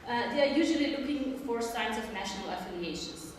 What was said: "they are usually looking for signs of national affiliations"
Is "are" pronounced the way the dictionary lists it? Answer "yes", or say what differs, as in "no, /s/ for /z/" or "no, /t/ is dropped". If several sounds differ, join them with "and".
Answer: yes